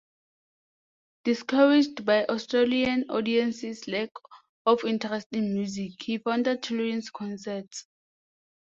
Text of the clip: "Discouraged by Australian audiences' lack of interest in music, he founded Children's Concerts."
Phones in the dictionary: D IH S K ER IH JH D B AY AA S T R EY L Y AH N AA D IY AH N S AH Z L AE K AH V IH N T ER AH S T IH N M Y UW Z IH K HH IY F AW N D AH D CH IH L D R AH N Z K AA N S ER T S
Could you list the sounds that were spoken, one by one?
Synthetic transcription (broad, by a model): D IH S K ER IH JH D B AY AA S T R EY L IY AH N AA D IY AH N S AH S L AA K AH F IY N T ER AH S T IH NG M Y UW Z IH K HH IY F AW N D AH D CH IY L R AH N S K AA N S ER T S